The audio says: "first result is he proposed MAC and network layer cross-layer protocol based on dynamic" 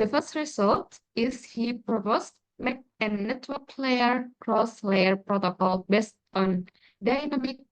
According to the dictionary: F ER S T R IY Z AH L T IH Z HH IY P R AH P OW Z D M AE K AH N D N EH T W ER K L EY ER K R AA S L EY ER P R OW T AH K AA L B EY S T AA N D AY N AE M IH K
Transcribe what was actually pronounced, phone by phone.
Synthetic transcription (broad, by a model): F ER S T R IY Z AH L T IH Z HH IY P R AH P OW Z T M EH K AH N N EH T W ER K L EY ER K R AA S L EY ER P R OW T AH K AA L B EY S T AA N D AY N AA M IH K